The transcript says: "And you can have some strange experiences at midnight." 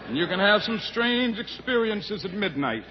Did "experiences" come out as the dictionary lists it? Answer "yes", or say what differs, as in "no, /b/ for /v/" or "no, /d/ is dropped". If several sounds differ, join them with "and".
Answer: yes